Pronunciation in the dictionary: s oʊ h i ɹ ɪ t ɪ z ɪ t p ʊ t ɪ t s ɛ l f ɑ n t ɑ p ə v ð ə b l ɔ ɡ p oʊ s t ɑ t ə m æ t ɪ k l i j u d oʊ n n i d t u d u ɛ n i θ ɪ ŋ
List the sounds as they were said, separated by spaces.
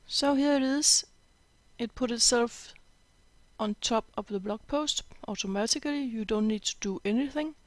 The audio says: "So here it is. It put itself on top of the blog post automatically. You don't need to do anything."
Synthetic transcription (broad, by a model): s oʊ h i l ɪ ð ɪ s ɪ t p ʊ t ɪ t s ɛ l f ɑ n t ɑ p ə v ð ə b l ɔ ɡ p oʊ s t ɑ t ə m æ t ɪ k l i j u d oʊ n n i d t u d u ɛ n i θ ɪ ŋ